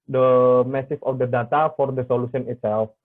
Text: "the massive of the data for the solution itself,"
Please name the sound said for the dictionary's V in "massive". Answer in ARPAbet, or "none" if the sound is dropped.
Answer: F